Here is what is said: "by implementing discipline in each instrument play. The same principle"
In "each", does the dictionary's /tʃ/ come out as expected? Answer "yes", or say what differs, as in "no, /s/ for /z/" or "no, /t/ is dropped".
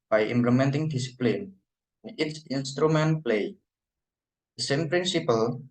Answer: no, /s/ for /tʃ/